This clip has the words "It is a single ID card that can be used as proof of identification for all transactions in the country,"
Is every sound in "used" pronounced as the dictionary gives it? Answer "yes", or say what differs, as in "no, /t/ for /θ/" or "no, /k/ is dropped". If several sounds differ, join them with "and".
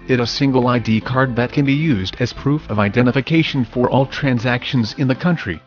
yes